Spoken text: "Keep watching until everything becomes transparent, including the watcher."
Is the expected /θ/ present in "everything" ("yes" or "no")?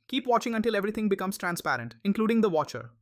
no